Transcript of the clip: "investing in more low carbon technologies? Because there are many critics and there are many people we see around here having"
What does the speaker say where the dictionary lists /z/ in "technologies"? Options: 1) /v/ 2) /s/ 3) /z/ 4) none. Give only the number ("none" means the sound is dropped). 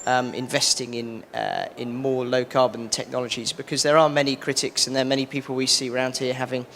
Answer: 3